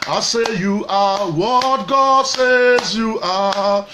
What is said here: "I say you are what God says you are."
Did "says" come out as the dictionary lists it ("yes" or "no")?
yes